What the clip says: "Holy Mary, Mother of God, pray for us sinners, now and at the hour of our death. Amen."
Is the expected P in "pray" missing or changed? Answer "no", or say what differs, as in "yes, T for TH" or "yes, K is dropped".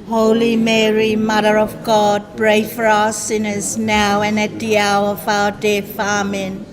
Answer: yes, B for P